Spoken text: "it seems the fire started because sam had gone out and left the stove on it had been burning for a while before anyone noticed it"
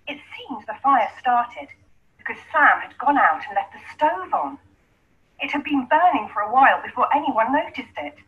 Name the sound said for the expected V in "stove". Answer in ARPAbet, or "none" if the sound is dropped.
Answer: V